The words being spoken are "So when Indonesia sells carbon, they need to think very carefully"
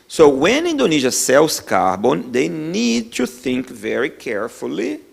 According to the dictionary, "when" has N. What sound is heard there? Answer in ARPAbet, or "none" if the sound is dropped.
N